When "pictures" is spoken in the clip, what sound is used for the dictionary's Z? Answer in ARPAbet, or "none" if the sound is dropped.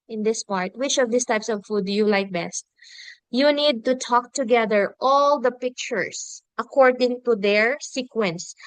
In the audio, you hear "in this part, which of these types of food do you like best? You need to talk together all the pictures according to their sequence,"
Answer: S